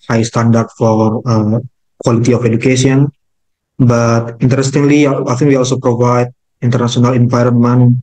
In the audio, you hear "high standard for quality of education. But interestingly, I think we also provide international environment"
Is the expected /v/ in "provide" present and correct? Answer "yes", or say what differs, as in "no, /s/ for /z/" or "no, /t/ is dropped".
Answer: yes